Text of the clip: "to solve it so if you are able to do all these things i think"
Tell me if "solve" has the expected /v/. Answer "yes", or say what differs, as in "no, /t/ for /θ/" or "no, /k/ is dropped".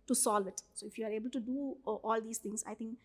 yes